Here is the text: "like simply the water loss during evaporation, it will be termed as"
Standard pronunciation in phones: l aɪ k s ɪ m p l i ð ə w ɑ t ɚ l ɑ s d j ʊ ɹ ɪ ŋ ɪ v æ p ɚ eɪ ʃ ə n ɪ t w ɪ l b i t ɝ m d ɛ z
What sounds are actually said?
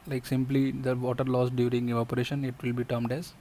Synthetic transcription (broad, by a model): l aɪ k s ɪ m p l i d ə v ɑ t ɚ l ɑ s d j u ɹ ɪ ŋ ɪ ɔ p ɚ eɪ ʃ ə n ɪ t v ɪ l b i t ɝ m d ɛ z